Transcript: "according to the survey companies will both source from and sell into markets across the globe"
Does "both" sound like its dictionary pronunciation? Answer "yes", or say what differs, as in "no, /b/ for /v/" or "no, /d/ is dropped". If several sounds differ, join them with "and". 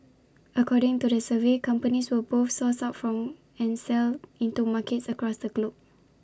no, /f/ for /θ/